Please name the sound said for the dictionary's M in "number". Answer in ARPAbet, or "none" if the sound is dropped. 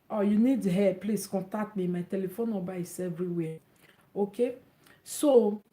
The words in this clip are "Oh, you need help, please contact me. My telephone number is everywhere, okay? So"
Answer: none